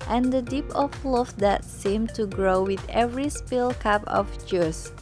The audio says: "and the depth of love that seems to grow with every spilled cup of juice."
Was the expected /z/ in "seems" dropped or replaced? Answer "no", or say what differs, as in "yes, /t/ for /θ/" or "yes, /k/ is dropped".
yes, /z/ is dropped